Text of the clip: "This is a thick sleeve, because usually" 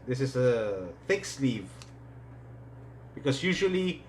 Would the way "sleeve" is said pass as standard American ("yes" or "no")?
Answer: yes